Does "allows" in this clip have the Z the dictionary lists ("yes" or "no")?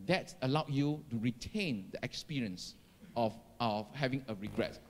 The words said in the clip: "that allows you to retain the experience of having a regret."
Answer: no